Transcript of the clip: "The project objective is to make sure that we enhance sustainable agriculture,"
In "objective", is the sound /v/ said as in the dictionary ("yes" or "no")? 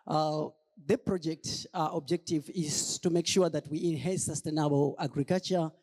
yes